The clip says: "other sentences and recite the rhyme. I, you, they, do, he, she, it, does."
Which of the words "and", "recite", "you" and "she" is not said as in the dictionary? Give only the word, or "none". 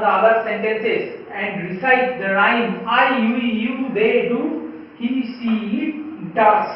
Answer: she